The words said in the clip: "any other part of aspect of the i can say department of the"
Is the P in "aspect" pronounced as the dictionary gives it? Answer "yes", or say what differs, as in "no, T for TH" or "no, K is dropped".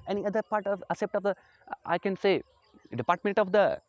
no, P is dropped